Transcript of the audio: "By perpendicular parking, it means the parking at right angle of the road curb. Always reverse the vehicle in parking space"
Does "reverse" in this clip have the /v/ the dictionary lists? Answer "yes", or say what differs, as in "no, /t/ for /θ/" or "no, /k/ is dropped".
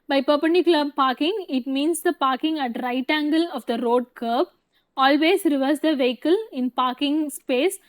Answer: yes